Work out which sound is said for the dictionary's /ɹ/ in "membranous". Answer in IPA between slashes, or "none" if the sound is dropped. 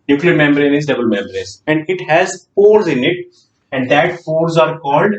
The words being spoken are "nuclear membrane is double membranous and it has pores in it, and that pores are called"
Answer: none